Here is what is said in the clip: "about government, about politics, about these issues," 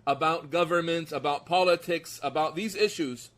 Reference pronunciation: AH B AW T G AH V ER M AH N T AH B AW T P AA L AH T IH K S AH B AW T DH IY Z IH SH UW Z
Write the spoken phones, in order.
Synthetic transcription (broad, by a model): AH B AW T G AH V ER M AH N T AH B AW T P AA L AH T IH K S AH B AW T DH IY Z IH SH UW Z